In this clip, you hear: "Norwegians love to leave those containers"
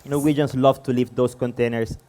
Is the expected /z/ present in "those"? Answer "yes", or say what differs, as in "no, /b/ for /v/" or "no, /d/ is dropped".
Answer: no, /s/ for /z/